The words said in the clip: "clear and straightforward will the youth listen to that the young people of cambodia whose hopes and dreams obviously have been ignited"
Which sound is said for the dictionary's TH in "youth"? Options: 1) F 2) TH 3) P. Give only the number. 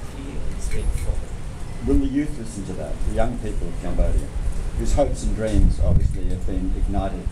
2